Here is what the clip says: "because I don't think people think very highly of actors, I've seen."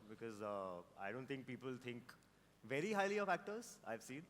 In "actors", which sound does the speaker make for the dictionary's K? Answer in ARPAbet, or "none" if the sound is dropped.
K